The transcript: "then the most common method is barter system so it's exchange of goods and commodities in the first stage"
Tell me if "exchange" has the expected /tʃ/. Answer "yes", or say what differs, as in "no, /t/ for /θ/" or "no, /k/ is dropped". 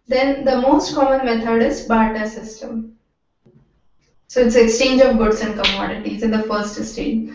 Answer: yes